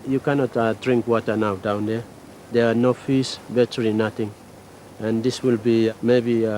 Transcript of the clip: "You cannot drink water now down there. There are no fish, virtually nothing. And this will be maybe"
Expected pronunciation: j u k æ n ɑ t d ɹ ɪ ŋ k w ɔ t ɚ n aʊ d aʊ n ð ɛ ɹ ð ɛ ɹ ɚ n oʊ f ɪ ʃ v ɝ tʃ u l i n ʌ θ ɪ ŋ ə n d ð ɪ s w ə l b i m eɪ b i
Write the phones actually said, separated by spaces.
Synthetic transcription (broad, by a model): j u k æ n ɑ t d ɹ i ŋ k w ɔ t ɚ n aʊ d aʊ n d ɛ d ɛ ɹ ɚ n oʊ f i s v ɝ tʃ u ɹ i n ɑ t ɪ ŋ ə n d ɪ s w ə l b i m eɪ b i